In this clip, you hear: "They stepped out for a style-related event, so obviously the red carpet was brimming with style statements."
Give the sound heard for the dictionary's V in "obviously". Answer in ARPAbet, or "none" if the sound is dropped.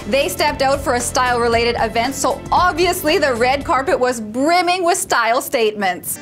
V